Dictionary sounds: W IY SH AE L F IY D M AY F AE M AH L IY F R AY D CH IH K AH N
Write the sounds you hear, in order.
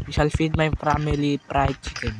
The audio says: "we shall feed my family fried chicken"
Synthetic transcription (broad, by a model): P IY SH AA L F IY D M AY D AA M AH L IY P R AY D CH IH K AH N